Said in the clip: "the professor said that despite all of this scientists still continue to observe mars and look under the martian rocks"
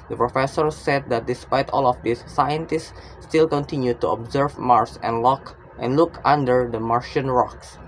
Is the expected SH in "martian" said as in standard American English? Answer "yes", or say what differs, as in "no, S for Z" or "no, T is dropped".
yes